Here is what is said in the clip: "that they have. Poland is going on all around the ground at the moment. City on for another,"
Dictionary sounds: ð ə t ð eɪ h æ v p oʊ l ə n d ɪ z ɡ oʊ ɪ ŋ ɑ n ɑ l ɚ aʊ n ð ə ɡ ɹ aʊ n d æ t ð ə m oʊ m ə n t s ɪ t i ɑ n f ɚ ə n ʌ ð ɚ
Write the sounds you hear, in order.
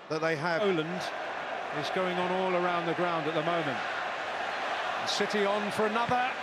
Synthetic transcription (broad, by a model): ð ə t ð eɪ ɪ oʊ l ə n d ɪ z ɡ oʊ ɪ ŋ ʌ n ɑ l ɚ aʊ n ð ə ɡ ɹ aʊ n d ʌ t ð ə m oʊ m ə n t s ɪ t i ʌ n f ɚ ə n ʌ ð ɚ